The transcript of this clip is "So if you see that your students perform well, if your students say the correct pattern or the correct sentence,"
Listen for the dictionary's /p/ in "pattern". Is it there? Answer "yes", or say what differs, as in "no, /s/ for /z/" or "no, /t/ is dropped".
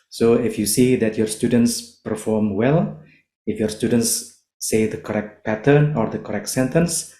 yes